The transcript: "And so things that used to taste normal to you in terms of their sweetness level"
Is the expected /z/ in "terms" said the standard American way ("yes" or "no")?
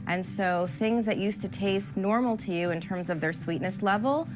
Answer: yes